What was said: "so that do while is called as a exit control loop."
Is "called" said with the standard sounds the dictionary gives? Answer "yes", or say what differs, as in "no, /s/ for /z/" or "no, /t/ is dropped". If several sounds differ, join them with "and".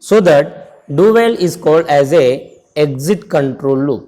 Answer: yes